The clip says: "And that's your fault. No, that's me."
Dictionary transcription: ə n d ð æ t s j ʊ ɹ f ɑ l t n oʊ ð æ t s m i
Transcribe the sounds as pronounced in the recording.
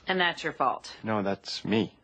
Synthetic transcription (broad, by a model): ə n ð æ t s j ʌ ɹ f ɑ l t n oʊ ð æ t s m i